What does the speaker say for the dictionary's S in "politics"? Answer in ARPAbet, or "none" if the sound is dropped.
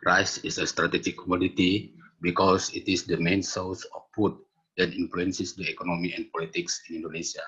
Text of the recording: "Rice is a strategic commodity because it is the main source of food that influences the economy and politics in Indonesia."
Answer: S